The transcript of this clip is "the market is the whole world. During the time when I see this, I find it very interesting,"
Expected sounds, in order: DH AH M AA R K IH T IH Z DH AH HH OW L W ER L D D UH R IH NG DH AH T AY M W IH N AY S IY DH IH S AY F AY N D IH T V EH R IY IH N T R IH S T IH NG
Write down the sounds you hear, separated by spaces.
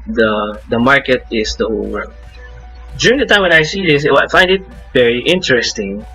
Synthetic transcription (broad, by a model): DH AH M AA R K IH T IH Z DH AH HH OW L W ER D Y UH R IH NG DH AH T AY M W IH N AY S IY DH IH S AY F AY N D IH T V EH R IY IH N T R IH S T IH NG